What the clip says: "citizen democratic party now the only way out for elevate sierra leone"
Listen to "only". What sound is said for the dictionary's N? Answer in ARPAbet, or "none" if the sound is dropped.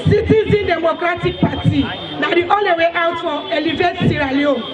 none